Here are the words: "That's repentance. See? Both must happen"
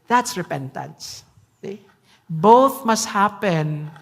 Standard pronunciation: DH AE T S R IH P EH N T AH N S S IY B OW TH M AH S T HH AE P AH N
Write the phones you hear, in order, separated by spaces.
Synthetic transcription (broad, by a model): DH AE T S R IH P EH N T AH N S S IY B OW TH M AH S T HH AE P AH N